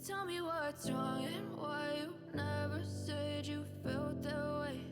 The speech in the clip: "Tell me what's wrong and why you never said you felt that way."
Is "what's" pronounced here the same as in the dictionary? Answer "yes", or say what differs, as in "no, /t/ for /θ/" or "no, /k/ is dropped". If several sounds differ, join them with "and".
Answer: no, /s/ is dropped